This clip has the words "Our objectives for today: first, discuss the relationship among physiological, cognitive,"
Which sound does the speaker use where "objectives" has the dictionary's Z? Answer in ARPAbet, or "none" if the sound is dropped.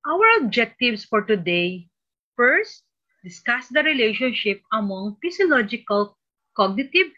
S